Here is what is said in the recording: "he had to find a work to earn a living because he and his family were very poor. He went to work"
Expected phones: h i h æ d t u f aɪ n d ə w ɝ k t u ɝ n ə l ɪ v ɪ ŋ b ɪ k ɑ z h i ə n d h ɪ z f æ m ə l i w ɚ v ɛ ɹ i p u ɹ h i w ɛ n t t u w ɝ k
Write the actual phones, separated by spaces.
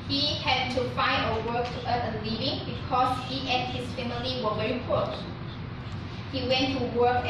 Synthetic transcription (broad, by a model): h i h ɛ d t u f aɪ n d ə w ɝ k t u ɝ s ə l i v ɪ ŋ b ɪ k ɑ s h i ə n h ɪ s f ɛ m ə l i w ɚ v ɛ ɹ i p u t h i w ɛ n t t u w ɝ k